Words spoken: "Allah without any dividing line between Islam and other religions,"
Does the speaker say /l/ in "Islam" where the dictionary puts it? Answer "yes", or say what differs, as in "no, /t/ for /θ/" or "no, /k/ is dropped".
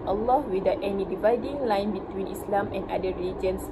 yes